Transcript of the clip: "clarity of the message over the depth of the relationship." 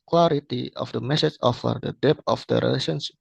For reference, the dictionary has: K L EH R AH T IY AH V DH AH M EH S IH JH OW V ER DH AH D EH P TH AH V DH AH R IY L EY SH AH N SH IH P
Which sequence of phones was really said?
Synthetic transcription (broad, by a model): K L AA R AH T IY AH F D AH M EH S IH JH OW F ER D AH D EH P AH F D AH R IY L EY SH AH N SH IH